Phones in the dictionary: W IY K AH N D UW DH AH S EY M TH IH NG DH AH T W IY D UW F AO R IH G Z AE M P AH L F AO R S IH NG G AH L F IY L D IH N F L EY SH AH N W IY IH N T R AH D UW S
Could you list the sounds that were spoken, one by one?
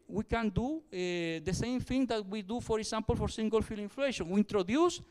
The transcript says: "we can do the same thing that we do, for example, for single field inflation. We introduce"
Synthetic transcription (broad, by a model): W IY K AH N D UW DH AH S EY M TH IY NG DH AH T W IY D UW F AO R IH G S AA M P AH L F AO R S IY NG G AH L F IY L IH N F L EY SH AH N W IY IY N T R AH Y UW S